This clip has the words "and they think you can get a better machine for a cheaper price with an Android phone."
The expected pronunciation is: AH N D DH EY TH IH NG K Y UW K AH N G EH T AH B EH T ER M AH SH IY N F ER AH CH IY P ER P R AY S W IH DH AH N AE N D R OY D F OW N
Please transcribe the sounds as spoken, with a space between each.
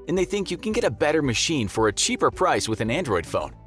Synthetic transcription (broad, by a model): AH N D DH EY TH IH NG K Y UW K N G EH T AH B EH T ER M AH SH IY N F ER AH CH IY P ER P R AY S W IH DH AH N AE N D R OY D F OW N